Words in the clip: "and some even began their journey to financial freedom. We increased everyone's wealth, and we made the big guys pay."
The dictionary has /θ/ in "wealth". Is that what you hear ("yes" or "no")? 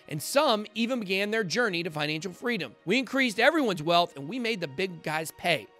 yes